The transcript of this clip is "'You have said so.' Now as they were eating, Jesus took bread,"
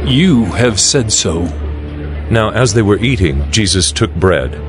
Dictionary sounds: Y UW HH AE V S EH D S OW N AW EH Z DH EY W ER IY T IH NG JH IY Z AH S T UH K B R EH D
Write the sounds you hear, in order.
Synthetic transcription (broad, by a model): Y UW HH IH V S EH D S OW N AW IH Z DH EY W ER IY T IH NG JH IY Z AH S T UH K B R EH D